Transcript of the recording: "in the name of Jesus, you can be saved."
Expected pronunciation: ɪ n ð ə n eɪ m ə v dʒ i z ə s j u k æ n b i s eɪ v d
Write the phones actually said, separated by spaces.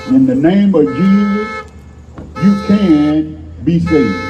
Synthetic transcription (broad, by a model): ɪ n ð ə n eɪ m ə v dʒ i z ə s j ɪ k æ n b i s eɪ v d